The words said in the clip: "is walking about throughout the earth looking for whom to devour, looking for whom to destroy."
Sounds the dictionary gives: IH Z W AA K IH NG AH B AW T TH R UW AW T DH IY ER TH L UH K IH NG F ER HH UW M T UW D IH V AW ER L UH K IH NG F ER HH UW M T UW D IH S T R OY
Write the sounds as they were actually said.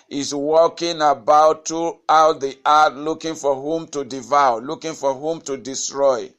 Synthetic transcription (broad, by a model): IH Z W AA K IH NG AH B AW T R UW AW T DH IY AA T L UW K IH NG F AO HH UW M T UW D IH V AW L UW K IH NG F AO HH UW M T UW D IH S T R OY